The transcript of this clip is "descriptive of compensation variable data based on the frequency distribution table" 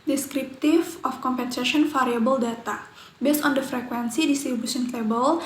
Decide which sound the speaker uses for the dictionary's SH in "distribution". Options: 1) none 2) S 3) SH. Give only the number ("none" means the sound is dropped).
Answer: 2